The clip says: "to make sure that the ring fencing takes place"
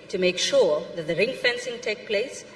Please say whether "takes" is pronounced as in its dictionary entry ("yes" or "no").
no